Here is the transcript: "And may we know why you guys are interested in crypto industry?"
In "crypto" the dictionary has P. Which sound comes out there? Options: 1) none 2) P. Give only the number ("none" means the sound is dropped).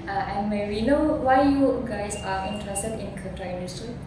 1